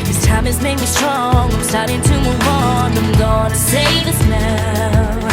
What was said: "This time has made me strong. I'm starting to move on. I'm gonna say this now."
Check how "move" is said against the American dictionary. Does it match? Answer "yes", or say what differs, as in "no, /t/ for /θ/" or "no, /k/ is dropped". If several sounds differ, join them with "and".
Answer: no, /w/ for /v/